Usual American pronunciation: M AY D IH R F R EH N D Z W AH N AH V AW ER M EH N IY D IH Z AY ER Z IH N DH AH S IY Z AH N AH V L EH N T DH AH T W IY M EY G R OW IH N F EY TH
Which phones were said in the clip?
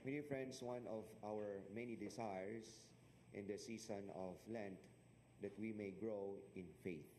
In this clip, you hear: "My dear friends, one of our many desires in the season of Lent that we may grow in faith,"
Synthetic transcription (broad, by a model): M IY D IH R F R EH N D S W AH N AH V AW ER M EH N IY D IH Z AY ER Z IH N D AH S IY S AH N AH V L EH N T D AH T W IY M EY G R OW IH N F EY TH